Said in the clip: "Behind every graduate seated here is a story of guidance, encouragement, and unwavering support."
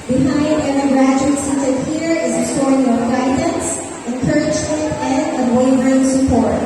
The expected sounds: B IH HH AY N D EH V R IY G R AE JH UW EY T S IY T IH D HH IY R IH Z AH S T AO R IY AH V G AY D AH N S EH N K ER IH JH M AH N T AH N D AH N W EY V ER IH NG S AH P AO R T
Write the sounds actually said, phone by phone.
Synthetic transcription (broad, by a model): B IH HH AY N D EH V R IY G R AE JH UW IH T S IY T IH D HH IY R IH Z AH S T AO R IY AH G AY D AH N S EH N K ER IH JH AH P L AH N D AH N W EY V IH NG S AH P AO R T